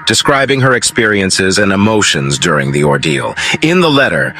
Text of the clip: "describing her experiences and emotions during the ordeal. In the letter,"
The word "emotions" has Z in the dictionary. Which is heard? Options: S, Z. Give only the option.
Z